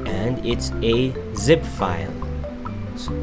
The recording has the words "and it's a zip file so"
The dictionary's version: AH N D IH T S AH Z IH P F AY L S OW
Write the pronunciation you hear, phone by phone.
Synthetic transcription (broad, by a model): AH N D IH T S AH Z IH P F AY L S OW